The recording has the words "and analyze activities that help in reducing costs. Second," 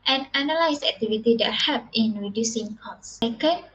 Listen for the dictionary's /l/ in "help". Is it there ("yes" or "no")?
no